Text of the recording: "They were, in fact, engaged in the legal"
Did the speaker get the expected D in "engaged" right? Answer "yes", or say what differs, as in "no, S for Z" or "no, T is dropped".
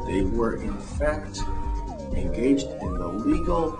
yes